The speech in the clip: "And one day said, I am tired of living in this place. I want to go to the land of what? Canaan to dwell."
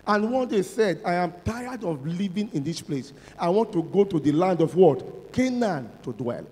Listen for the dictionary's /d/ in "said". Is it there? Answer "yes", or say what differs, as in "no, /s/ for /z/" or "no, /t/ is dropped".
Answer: yes